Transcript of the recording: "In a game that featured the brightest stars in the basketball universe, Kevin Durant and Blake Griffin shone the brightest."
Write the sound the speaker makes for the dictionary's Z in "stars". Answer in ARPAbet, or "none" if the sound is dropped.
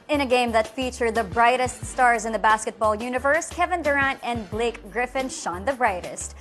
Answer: Z